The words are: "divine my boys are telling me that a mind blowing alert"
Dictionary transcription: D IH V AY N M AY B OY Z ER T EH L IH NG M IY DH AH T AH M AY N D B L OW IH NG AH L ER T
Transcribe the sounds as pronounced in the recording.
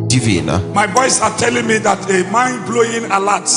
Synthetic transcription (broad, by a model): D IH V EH N M AY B OY S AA T EH L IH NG M IY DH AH T AH M AY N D B L OW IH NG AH L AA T